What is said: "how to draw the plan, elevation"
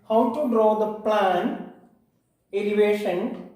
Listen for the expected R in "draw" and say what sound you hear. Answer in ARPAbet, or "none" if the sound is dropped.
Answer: R